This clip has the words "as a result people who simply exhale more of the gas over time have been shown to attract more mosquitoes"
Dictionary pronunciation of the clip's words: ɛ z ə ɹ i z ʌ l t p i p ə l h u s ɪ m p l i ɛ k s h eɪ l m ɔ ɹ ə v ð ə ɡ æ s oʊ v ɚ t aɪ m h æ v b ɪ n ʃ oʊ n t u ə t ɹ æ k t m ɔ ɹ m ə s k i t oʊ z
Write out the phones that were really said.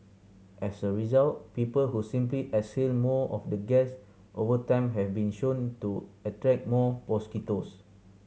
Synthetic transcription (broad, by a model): ɛ s ə ɹ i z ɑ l t p i p ə l h u s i m p l i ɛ s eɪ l m ɔ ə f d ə ɡ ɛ s oʊ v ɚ t aɪ m h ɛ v b ɪ n ʃ oʊ n t u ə t ɹ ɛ k m ɔ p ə s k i t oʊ s